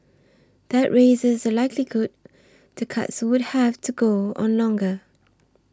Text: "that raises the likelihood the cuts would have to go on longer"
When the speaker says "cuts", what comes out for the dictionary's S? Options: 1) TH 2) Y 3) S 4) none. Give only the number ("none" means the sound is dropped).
3